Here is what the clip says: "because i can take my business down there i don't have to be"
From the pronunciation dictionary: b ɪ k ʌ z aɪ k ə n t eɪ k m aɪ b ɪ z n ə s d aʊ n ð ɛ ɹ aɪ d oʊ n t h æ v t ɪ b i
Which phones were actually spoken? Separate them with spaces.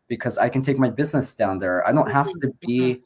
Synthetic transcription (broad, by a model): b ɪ k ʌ z aɪ k ə n t eɪ k m aɪ b ɪ z n ə s d aʊ n ð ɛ ɹ aɪ d oʊ n t h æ f t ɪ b i